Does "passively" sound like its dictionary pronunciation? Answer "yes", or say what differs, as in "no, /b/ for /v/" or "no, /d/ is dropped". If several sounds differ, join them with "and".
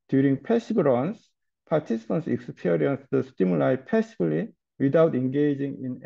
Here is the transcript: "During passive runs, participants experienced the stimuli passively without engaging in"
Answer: no, /b/ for /v/